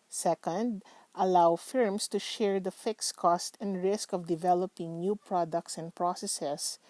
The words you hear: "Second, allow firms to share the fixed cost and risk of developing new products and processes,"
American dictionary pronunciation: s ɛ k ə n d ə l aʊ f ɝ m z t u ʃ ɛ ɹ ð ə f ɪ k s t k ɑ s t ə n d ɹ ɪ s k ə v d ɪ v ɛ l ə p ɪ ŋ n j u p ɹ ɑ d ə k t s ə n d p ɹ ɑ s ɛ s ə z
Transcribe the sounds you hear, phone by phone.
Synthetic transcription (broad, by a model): s ɛ k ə n d ə l aʊ f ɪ m s t u ʃ ɛ ɹ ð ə f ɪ k s k ɑ s t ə n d ɹ ɪ s k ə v d ɪ v ɛ l ə p ɪ ŋ n j u p ɹ ɑ d ə k t s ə n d p ɹ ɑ s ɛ s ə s